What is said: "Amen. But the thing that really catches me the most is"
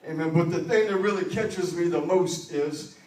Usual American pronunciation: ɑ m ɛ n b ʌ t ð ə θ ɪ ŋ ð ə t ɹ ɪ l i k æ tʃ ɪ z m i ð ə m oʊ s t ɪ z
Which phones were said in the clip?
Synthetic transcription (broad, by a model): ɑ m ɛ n b ʌ t ð ə θ ɪ ŋ ð ə t ɹ ɪ l i k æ tʃ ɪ z m i ð ə m oʊ s t ɪ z